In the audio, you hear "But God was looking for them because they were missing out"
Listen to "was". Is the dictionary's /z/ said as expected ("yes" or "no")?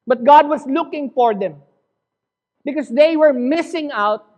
no